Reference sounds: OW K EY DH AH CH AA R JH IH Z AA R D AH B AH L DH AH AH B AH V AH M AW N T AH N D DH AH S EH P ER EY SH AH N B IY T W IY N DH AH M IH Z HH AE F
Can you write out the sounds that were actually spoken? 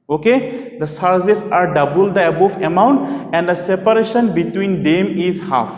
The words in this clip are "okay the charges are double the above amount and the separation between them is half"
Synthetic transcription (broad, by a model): OW K EY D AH S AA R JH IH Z AA R D AH B AH L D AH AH B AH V AH M AW N T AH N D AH S EH P ER EY SH AH N B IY T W IY N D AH M IH Z HH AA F